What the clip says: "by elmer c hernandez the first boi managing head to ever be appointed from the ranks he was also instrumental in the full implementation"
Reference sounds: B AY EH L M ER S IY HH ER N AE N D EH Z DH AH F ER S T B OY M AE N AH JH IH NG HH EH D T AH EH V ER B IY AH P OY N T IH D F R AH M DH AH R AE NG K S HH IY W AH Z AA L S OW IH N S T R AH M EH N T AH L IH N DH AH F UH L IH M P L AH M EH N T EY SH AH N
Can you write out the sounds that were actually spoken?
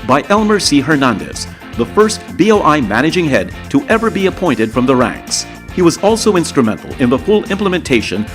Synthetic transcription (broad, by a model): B AY EH L M ER S IY HH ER N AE N D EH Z DH AH F ER S T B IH M AE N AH JH IH NG HH EH D T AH EH V ER B IY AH P OY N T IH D F R AH M DH AH R AE NG K S HH IY W AH Z AA L S OW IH N S T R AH M EH N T L IH N DH AH F UH L IH M P L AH M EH N T EY SH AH N